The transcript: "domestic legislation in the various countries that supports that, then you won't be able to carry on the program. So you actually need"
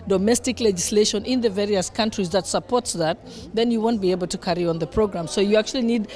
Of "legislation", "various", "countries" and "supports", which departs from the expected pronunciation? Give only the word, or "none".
none